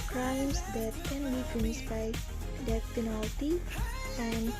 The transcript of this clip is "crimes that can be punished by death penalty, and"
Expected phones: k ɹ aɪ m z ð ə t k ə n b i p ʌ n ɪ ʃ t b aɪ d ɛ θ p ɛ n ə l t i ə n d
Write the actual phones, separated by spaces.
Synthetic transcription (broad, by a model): k ɹ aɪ m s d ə t k ə n b i f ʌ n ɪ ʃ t b aɪ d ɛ t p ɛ n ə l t i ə n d